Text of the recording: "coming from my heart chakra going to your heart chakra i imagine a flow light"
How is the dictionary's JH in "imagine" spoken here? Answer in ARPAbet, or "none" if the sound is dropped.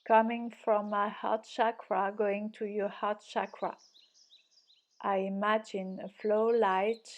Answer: JH